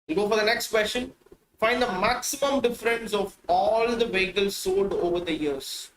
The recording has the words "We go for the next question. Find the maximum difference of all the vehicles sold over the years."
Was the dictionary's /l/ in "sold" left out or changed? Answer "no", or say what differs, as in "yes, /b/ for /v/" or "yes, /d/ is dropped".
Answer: yes, /l/ is dropped